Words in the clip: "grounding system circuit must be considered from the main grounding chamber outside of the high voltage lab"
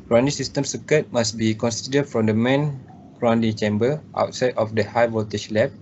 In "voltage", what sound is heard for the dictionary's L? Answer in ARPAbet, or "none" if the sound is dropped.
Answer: none